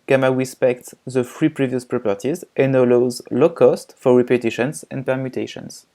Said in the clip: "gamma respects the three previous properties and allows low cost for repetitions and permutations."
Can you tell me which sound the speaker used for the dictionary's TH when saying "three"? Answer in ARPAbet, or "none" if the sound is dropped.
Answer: F